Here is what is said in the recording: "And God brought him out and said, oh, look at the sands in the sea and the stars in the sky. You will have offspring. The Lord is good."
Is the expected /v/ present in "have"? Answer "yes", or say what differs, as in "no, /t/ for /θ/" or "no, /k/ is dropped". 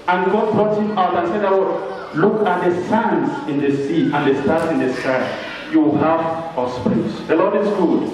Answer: no, /f/ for /v/